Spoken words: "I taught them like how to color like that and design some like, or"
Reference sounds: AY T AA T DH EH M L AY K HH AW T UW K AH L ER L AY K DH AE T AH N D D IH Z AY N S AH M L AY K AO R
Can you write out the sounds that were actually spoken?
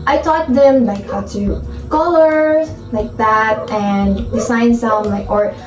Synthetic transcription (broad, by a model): AY T AA T DH EH M L AY K HH AW T UW K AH L ER L AY K DH AE T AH N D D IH S AY N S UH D L AY K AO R